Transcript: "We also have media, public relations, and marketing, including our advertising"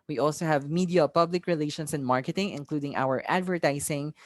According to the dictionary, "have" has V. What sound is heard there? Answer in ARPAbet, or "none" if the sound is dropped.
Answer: V